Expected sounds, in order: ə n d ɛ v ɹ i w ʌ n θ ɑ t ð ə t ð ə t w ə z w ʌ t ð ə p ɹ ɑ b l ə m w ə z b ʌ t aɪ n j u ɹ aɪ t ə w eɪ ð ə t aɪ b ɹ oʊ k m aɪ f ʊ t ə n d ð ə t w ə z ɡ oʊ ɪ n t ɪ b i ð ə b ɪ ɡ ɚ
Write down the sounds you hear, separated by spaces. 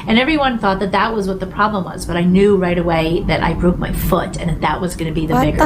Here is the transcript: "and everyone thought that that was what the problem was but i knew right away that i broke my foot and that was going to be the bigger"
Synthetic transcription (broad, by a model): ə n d ɛ v ɹ i w ʌ n θ ɑ t ð ə t ð ə t w ə z w ʌ t ð ə p ɹ ɑ b l ə m w ə z b ʌ t aɪ n j u ɹ aɪ t ə w eɪ ð ə t aɪ b ɹ oʊ k m aɪ f ʊ t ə n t ð ə t w ə z ɡ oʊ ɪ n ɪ b i ð ə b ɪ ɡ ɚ